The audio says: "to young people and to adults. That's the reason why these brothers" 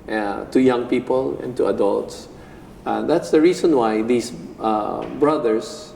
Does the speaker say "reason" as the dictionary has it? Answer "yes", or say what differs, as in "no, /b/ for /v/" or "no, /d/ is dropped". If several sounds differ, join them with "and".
no, /s/ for /z/